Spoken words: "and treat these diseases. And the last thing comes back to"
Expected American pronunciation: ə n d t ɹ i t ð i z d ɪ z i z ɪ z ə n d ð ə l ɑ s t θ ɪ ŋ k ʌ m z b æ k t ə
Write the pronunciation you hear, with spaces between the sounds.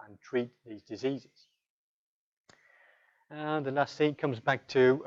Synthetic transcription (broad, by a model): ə n t ɹ i t ð i z d ɪ z i z ɪ z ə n ð ə l ɑ s t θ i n k ʌ m z b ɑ k t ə